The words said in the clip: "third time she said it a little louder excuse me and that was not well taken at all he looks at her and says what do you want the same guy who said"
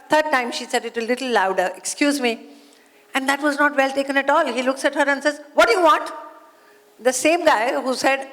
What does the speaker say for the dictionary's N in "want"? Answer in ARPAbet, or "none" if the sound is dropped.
none